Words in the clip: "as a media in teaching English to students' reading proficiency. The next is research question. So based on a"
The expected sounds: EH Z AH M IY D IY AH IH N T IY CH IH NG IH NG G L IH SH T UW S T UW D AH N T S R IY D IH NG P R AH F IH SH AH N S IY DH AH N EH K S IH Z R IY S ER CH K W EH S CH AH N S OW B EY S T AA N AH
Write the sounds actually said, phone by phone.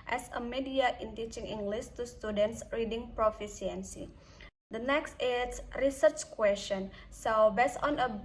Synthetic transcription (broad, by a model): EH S AH M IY D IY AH IH N T IY CH IH NG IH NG G L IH S T UW S T UW D AH N T S R IY D IH NG P R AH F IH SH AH N S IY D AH N EH K S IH S R IY S ER CH K W EH S CH AH N S OW B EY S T AA N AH